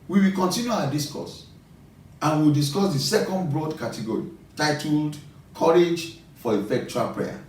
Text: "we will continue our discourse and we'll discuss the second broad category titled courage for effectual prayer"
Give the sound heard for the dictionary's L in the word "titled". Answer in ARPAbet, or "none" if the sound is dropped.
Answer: L